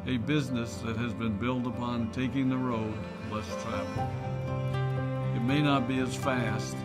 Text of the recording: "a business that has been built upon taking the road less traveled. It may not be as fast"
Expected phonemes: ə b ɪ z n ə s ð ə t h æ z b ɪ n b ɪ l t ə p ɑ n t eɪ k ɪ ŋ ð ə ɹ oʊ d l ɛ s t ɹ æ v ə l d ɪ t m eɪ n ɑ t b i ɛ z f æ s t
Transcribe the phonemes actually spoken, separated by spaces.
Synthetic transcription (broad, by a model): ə b ɪ z n ə s ð ə t h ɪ z b ɪ n b ɪ l t ə p ɑ n t eɪ k ɪ ŋ ð ə ɹ oʊ d l ɛ s t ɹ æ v l ɪ t m eɪ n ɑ t b i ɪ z f æ s t